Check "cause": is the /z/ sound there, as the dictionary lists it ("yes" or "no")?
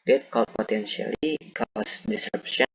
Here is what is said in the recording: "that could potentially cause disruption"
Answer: no